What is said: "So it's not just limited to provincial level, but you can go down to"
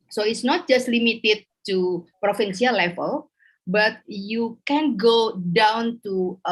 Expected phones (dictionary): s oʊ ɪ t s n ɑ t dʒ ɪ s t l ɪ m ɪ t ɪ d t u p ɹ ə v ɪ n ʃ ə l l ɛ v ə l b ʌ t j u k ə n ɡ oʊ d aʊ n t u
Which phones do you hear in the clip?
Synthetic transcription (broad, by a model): s oʊ ɪ t s n ɑ t dʒ ɪ s t l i m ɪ t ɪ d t u p ɹ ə f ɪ n s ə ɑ l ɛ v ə l b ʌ t j u k ə n ɡ oʊ d aʊ n t u